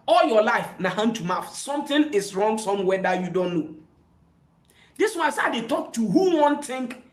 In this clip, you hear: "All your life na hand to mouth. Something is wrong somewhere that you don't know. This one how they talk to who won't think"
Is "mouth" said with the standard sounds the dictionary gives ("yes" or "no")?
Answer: no